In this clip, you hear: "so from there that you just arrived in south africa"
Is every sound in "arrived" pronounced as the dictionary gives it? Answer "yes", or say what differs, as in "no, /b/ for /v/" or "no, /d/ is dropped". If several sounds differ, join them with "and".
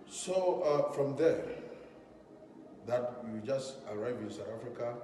no, /d/ is dropped